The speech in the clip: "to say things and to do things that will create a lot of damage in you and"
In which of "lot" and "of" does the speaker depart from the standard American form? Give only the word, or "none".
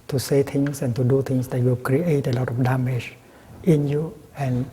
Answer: of